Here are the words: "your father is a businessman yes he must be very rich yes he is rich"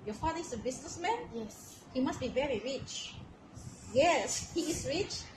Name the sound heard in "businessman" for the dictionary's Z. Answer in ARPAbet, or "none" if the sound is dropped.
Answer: S